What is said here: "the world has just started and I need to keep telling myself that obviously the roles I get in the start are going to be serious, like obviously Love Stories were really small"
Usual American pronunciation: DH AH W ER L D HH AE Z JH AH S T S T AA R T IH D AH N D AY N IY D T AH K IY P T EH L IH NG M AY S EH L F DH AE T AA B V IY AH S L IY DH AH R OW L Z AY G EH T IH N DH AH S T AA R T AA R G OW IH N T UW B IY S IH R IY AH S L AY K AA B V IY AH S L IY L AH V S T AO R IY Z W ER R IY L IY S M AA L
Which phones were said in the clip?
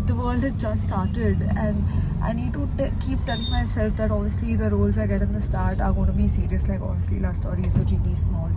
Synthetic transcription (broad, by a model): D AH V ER L D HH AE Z JH AH S T S T AA R T IH D AH N D AY N IY D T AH K IY P T EH L IH NG M AY S EH L F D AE T AA B V IY AH S L IY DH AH R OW L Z AY G EH T IH N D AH S T AA R T AA R G OW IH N T UW B IY S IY R IY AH S L AY K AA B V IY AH S L IY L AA S T AO R IY Z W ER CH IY IY S M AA L